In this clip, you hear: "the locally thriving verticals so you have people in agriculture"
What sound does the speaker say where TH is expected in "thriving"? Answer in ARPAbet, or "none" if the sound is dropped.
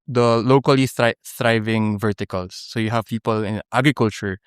S